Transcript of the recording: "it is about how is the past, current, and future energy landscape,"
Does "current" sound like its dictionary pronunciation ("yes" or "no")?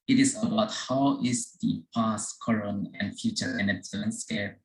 no